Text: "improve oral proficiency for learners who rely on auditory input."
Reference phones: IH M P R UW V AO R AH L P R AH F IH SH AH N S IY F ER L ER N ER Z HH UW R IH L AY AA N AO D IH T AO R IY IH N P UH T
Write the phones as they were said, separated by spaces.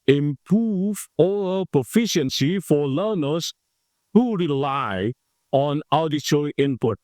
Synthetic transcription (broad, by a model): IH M P R UW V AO AH P R AH F IH SH AH N S IY F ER L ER N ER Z HH UW R IH L AY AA N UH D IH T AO R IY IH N P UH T